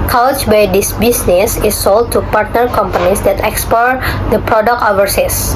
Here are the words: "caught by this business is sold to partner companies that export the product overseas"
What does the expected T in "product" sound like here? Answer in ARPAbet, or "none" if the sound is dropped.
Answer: none